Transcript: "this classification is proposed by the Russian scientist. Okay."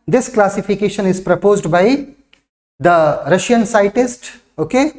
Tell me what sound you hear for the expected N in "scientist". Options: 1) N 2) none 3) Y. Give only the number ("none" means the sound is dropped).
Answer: 2